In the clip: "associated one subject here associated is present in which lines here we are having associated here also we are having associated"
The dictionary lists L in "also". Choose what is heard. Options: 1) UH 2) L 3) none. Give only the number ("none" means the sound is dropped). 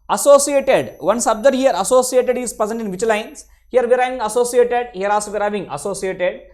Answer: 3